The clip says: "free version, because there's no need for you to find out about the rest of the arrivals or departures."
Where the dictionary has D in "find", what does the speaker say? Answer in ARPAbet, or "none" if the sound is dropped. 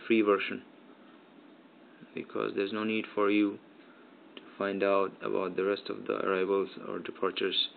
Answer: D